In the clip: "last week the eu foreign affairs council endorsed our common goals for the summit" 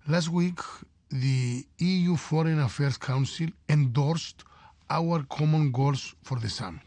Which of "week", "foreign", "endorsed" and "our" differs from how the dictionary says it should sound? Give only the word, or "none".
none